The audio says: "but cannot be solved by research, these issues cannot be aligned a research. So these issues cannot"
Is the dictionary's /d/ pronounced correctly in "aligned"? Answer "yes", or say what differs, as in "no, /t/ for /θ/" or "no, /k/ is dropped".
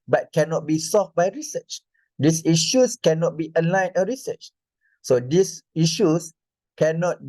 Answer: no, /d/ is dropped